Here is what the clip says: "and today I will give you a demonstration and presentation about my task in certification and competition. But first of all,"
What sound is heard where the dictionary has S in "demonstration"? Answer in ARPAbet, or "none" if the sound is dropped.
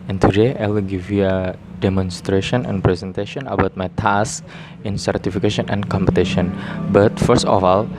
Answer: S